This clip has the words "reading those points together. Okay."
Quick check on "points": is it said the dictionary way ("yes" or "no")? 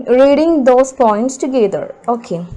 yes